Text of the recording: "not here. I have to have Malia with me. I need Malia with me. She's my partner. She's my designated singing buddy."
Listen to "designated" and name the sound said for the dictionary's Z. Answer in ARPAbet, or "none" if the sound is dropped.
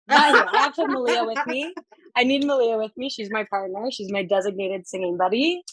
Z